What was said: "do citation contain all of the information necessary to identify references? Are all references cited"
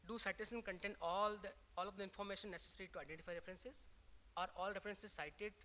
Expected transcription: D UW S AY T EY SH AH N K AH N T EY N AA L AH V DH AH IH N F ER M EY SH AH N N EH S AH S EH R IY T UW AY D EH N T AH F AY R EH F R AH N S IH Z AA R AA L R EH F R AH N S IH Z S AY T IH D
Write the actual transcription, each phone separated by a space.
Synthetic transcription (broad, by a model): D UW S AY T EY S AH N K AH N T EY N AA L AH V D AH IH N F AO M EY SH AH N N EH S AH S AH R IY T UW AY D EH N T AH F AY R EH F R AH N S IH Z AA R AA L R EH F R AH N S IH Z S AY T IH D